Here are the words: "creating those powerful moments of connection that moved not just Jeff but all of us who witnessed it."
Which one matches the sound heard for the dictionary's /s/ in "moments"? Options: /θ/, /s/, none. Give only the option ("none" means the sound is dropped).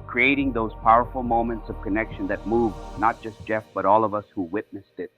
/s/